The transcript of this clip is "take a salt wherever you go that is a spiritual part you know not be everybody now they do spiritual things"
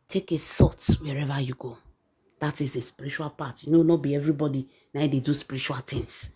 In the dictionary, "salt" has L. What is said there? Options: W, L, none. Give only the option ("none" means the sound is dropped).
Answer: none